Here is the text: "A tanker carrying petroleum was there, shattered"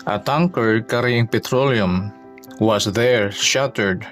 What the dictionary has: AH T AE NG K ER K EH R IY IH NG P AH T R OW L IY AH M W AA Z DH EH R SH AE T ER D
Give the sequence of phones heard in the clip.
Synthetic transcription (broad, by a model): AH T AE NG K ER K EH R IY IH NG P AH T R OW L IY AH M W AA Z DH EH R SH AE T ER D